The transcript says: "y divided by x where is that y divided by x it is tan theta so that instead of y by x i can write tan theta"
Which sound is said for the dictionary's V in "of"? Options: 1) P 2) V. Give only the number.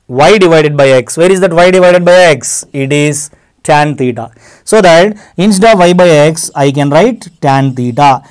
2